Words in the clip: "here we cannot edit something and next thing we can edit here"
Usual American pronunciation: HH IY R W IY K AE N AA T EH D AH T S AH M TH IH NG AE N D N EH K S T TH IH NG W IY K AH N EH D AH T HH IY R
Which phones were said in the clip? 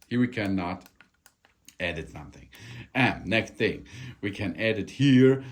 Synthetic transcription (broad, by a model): HH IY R W IY K AE N AA T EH D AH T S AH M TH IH NG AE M N EH K S T TH IH NG W IY K AH N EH D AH T HH IY R